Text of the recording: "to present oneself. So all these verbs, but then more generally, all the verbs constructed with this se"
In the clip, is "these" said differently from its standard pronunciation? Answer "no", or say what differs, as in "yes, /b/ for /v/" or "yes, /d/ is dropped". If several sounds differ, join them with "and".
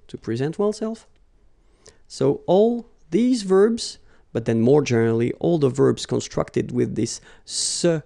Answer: no